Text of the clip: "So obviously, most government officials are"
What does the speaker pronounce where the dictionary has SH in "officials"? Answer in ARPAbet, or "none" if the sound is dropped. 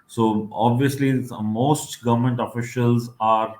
SH